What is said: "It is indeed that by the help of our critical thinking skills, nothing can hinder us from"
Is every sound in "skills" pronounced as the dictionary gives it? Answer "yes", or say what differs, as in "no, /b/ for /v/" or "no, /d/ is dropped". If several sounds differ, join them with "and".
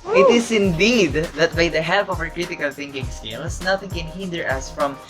no, /k/ is dropped and /s/ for /z/